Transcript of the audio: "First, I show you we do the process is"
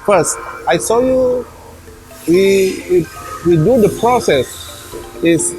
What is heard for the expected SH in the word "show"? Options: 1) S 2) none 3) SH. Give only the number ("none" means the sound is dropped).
1